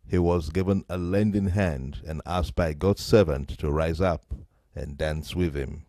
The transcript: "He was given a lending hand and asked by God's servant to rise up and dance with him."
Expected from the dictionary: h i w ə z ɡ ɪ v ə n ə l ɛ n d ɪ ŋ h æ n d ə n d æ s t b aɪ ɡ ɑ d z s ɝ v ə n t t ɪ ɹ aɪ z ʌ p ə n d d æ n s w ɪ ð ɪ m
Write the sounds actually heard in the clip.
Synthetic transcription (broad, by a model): h i w ə z ɡ ɪ v ə n ə l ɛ n d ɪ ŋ h æ n d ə n æ s t b aɪ ɡ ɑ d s ɝ v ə n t t ɪ ɹ aɪ z ʌ p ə n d d æ n s w ɪ ð ɪ m